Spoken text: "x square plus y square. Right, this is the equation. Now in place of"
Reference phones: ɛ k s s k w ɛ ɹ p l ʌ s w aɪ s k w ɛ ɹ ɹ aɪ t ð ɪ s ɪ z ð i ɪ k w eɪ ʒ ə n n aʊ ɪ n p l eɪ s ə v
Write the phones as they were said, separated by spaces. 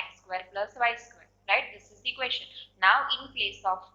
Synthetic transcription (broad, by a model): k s s k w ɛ ɹ p l ʌ s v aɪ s k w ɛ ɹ ɹ aɪ t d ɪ s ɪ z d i k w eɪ s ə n n aʊ ɪ n p l eɪ s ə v